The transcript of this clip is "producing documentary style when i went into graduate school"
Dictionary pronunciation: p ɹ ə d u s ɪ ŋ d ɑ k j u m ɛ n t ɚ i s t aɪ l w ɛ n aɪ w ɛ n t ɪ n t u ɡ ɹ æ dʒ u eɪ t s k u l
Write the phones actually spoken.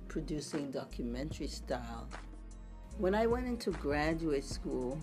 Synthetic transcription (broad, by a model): p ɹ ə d u s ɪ ŋ d ɑ k j u m ɛ n t ɚ i s t aɪ l w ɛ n aɪ w ɛ n t ɪ n t u ɡ ɹ æ dʒ u eɪ t s k u l